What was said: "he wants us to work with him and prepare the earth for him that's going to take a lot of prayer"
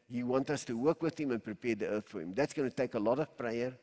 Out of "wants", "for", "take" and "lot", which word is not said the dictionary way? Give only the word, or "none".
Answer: wants